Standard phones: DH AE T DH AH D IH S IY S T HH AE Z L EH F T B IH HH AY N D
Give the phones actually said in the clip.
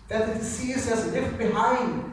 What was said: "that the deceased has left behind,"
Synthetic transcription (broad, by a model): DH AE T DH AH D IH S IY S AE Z N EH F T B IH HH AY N